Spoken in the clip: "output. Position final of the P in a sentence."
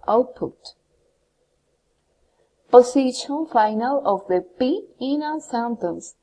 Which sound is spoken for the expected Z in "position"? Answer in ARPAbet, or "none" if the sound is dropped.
S